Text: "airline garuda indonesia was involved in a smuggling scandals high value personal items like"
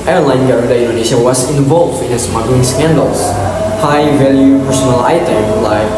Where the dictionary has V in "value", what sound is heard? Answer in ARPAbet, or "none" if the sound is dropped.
V